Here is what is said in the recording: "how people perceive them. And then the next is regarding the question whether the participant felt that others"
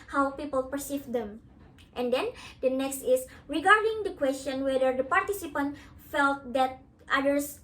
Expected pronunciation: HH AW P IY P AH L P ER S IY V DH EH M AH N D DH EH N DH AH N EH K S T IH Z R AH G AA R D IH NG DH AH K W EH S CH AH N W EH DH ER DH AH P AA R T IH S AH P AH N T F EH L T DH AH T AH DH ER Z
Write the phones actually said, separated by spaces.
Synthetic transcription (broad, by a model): HH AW P IY P AH L P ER S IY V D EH M AH N D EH N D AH N EH K S T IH S R AH G AA R D IH NG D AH K W EH S CH AH N W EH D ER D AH P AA R T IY S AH P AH N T F EH L T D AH T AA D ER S